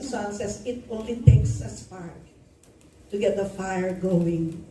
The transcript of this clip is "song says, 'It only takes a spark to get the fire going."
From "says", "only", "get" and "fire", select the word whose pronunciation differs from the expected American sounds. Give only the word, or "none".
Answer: says